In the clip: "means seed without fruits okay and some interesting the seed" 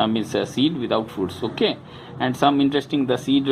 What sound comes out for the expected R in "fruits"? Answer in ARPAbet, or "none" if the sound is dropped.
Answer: none